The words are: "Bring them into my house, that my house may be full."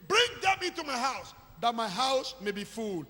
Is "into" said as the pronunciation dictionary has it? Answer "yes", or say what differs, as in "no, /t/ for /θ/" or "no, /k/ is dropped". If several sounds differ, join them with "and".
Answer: no, /n/ is dropped